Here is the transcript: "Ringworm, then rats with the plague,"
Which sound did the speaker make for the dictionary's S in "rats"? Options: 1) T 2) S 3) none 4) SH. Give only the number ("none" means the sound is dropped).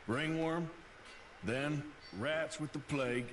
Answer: 2